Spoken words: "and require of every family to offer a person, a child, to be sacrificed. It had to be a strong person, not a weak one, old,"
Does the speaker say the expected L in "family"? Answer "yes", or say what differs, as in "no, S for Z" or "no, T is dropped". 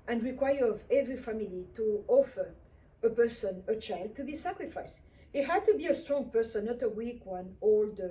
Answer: yes